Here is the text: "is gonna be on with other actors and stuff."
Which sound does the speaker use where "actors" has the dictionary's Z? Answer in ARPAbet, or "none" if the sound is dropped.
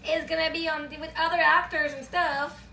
Z